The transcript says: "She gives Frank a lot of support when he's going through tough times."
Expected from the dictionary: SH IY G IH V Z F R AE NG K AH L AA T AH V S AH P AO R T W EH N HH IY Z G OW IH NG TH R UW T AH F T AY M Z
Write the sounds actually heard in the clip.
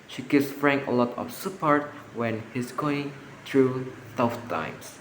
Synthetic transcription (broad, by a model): SH IY G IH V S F R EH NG AH L AA T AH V S AH P AO R T W EH N HH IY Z G OW IH NG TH R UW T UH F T AY M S